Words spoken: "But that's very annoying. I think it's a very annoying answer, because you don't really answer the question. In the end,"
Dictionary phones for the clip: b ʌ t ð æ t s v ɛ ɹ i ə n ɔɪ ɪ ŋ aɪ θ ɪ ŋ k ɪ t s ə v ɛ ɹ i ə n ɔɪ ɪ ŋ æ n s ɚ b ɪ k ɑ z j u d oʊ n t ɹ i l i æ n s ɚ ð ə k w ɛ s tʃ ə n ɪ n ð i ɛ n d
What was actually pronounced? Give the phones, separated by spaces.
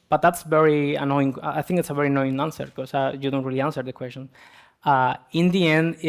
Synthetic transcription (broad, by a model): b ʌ t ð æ t s v ɛ ɹ i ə n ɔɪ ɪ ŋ aɪ θ ɪ ŋ k ɪ t s ə v ɛ ɹ i n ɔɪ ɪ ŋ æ n s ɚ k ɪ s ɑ j u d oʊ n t ɹ i l i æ n s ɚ ð ə k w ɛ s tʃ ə n ɪ n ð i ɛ n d